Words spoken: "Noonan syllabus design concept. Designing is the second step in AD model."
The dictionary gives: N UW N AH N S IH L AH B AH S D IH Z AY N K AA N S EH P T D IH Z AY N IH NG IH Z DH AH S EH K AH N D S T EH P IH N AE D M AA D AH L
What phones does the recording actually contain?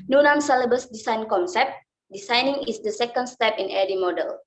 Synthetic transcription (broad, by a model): N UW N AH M S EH L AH B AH S D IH S AY N K AA N S EH P T D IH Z AY N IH NG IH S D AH S EH K AH N D S T EH P IH N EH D M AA D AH L